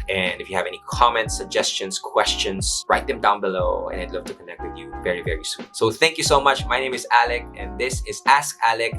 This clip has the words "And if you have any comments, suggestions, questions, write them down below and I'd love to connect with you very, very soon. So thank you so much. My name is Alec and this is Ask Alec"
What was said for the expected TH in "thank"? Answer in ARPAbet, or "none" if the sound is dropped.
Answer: TH